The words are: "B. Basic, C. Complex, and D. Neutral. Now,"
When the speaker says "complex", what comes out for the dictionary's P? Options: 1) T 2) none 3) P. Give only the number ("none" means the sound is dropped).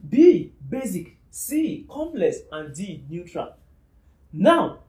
2